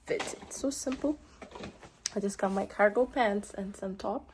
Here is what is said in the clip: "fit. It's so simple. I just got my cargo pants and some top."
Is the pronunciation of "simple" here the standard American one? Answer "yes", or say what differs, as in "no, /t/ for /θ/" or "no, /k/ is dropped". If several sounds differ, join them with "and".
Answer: yes